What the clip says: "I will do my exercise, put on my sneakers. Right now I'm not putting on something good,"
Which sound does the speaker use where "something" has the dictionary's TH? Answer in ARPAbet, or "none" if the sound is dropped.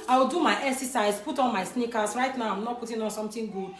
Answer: T